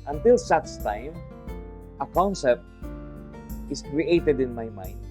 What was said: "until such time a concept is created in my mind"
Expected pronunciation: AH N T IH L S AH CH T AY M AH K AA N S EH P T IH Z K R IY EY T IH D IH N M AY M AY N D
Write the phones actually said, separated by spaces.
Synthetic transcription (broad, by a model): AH N T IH L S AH S T AY M AH K AA N S EH P T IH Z K R IY EY T IH D IH N M AY M AY N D